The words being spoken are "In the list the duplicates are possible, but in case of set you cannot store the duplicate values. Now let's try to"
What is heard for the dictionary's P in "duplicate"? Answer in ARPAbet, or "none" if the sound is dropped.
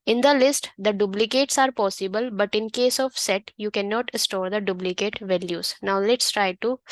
B